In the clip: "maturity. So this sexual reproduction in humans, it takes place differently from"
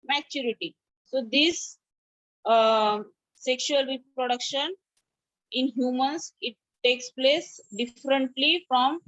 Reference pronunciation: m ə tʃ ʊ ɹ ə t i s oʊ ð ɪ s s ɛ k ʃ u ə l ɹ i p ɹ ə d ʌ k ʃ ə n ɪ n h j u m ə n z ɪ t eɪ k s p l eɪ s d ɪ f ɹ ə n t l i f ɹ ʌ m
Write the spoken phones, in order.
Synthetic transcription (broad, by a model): m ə tʃ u ɹ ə t i s oʊ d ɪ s s ɛ k ʃ u ə l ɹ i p ɹ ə d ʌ k ʃ ə n ɪ n h j u m ə n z ɪ t eɪ k s p l eɪ s d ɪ f ɹ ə n t l i f ɹ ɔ m